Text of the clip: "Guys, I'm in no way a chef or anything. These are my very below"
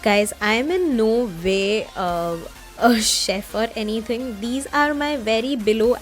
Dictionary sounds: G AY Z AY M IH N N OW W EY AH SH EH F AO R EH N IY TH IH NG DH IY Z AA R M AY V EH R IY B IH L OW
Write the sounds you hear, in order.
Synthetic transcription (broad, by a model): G AY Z AY M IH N N OW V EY AH SH EH F AO R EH N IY T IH NG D IY Z AA R M AY V EH R IY B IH L OW